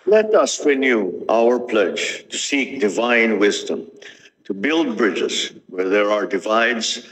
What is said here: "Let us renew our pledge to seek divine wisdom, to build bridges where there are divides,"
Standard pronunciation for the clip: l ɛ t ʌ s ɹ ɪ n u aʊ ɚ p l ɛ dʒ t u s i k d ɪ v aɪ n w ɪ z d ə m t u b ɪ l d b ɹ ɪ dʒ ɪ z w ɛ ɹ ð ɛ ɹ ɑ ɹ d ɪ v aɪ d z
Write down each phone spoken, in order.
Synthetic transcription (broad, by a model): l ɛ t ʌ s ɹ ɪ n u aʊ ɚ p l ɛ dʒ t u s i k d ɪ v aɪ n w ɪ z d ə m t u b ɪ l d b ɹ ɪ dʒ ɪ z w ɛ ɹ ð ɛ ɹ ɑ ɹ d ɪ v aɪ d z